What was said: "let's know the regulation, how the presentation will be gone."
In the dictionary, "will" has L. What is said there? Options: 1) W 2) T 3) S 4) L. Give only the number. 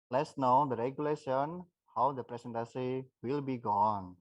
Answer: 4